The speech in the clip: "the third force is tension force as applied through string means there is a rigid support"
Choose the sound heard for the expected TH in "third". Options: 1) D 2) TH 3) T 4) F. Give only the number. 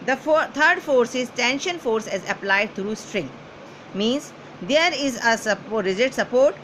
3